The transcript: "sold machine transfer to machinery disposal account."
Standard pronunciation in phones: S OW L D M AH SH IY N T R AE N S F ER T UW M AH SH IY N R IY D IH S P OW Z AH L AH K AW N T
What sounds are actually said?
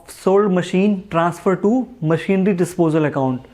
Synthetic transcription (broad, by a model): S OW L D M AH SH IY N T R AE N S F ER T UW M AH SH IY N R IY D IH S P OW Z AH L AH K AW N T